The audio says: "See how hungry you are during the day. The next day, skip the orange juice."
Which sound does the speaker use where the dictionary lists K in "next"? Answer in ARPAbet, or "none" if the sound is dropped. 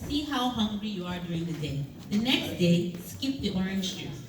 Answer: K